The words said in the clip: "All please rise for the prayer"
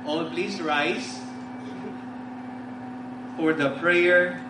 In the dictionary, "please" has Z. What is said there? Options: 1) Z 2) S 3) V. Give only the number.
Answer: 2